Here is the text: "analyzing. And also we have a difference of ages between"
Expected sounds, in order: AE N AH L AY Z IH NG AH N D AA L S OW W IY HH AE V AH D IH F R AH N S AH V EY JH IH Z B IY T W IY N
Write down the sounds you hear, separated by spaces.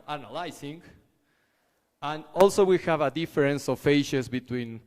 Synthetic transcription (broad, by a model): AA N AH L AY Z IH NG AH N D AA L S OW W IY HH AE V AH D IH F R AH N S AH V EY SH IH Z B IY T W IY N